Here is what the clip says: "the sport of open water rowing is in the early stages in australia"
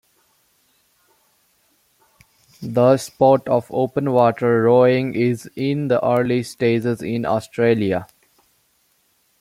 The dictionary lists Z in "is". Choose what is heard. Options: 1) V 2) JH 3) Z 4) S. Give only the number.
3